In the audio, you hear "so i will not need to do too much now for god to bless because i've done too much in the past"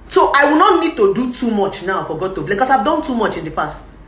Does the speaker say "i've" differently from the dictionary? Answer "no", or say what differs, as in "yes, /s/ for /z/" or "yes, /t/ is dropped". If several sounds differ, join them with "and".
no